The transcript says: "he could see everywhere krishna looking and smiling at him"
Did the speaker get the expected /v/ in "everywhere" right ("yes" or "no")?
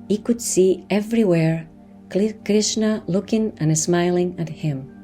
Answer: yes